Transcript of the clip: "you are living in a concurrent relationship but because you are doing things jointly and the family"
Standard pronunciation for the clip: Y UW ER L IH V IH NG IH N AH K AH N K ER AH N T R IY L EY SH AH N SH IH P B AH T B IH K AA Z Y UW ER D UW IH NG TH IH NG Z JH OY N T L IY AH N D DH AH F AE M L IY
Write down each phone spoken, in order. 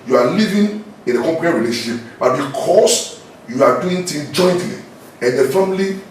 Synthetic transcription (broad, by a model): Y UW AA L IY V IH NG IH N AH K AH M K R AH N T R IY L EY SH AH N SH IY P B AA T B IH K AA S Y UW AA D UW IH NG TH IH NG JH OY N T L IY AH N D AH F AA M L IY